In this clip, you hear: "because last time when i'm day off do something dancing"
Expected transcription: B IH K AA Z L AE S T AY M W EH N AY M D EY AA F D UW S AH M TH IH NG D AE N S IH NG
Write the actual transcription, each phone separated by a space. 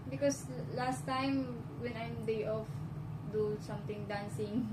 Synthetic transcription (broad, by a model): B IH K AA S L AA S T AY M W EH N AY M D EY AA F D UW S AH M T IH NG D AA N S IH NG